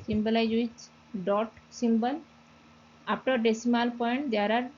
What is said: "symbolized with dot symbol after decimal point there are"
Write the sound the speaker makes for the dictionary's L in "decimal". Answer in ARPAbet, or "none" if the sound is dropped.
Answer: L